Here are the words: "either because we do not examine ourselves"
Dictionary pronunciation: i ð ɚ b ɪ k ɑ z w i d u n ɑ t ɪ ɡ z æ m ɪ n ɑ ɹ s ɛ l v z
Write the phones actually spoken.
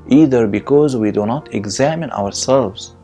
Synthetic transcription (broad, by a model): i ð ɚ b ɪ k ɑ z w i d u n ɑ t ɪ ɡ z æ m ɪ n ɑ ɹ s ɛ l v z